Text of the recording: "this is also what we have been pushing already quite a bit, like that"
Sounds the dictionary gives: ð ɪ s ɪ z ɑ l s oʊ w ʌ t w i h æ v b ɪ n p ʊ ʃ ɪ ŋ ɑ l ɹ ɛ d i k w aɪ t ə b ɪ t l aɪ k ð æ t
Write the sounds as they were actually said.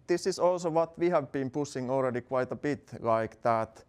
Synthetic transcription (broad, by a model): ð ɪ s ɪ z ɑ l s oʊ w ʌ t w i h æ v b ɪ n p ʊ s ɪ ŋ ɑ l ɹ ɛ d i k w aɪ t ə b ɪ t l aɪ k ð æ t